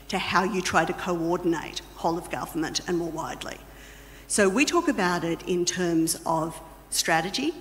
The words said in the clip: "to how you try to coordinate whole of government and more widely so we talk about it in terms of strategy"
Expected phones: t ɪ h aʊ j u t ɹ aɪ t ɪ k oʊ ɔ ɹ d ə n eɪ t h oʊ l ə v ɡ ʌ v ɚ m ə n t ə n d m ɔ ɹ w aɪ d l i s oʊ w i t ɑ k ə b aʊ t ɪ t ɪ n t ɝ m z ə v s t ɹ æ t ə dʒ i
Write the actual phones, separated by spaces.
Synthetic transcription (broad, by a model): t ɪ h aʊ j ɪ t ɹ aɪ t ɪ k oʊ ɔ ɹ d n eɪ t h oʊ l ə v ɡ ʌ v ɚ m ə n t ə n m ɔ ɹ w aɪ d l i s oʊ w i t ɑ k ə b aʊ t ɪ t ɪ n t ɝ m z ə v s t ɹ æ t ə dʒ i